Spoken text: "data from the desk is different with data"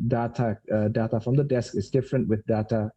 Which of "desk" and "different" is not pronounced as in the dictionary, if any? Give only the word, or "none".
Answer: none